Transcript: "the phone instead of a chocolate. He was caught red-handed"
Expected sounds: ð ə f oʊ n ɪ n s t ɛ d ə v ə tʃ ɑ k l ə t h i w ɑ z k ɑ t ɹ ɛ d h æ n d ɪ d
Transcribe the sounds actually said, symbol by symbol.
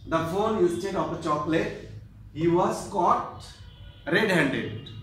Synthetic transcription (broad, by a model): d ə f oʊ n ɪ s t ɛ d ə p ə tʃ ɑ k l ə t h i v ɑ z k ɑ t ɹ ɛ d h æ n d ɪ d